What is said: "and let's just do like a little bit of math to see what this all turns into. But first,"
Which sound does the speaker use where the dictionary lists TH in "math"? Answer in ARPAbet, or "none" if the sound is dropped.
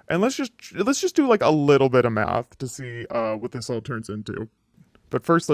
TH